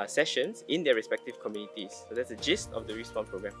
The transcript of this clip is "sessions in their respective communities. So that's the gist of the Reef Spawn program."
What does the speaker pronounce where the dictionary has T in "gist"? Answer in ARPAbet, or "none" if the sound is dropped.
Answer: T